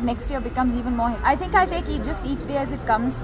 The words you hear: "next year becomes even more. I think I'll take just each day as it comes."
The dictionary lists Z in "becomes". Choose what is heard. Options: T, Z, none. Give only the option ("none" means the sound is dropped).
Z